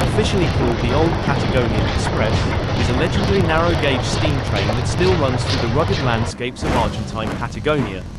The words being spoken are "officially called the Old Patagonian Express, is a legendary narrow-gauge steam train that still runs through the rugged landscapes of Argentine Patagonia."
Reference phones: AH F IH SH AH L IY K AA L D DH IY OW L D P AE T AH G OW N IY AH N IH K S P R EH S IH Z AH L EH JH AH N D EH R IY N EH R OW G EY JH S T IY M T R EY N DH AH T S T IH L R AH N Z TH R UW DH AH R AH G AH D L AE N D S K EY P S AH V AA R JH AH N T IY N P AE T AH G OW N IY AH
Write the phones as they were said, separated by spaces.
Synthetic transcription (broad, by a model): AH F IH SH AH L IY K AA L D DH IY OW L D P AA T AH G OW N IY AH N IH K S P R EH S IH Z AH L EH JH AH D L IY N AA R OW G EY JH S T IY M T R EY N DH AH T S T IH L R AH N Z TH R UW DH AH R AH G AH D L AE N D S K EY P S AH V AA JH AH N T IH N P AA T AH G OW N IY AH